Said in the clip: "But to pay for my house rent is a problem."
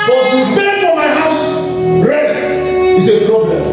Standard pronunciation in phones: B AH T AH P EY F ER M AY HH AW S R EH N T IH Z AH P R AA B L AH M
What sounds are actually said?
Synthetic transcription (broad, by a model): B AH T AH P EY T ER M AY HH AW S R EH T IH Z AH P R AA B L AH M